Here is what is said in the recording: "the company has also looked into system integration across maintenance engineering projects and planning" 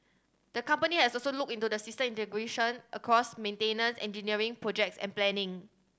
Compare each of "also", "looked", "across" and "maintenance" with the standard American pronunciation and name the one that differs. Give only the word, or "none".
looked